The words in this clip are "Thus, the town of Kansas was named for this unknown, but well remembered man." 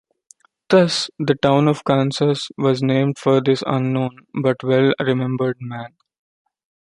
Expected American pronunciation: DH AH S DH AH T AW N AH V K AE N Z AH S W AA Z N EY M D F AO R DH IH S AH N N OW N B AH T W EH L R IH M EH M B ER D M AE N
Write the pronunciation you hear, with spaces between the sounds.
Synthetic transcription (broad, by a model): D AH S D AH T AW N AH V K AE N S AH S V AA Z N EY M D F AO R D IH S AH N N OW N B AH T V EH L R IH M EH M B ER D M AE N